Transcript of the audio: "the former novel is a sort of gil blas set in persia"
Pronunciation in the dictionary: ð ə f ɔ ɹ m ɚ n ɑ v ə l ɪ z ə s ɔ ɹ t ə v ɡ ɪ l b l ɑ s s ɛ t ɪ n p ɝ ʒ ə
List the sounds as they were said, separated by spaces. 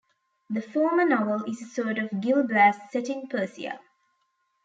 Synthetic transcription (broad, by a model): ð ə f ɔ m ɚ n ɑ v ə l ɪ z ə s ɔ t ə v ɡ ɪ l b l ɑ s s ɛ t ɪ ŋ p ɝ s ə